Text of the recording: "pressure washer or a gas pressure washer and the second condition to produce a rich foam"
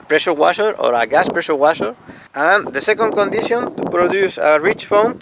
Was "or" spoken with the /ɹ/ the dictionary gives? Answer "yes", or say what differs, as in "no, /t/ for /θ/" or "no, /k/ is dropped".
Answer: yes